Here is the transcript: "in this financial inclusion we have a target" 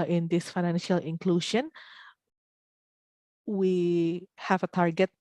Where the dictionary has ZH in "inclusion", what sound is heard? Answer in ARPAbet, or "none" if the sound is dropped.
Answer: SH